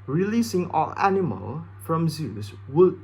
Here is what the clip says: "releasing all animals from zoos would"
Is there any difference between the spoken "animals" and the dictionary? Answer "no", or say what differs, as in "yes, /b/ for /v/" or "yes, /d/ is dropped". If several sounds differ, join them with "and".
yes, /z/ is dropped